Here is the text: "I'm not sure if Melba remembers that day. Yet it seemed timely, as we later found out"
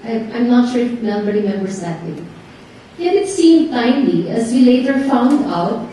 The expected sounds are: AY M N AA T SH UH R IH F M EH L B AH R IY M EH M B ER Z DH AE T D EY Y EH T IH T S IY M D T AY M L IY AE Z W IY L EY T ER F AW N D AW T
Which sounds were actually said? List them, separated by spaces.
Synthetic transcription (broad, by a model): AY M N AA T SH UH R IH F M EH B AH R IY M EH M B ER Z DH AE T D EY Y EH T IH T S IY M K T AY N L IY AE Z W IY L EY T ER F AW N D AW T